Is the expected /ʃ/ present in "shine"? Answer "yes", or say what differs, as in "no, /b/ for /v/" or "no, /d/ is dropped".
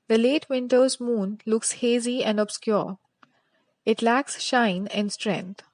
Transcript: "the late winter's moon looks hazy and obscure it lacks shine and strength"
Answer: yes